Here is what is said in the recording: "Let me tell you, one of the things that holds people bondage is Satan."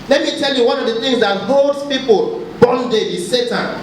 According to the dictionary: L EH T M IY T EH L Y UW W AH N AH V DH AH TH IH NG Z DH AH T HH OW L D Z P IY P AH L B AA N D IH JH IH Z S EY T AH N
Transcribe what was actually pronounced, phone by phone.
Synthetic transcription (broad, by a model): L EH T M IY T EH L Y UW W AH N AH V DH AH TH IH NG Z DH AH T HH OW L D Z P IY P AH L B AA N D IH IH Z S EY T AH N